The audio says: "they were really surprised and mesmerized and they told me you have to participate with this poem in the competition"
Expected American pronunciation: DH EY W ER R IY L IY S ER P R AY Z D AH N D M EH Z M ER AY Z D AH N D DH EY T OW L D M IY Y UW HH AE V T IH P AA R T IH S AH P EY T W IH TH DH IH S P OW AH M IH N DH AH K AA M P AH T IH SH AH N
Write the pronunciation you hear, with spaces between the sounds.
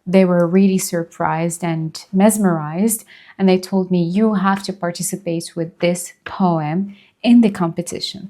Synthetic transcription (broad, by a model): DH EY W ER R IY L IY S ER P R AY Z D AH N M EH Z M ER AY Z D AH N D DH EY T OW L D M IY Y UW HH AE F T IH P AA R T IH S AH P EY T W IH DH IH S P OW AH M IH N DH AH K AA M P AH T IH SH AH N